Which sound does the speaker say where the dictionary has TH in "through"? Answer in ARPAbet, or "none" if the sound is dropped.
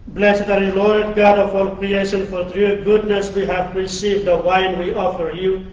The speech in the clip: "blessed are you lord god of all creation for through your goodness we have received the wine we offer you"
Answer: T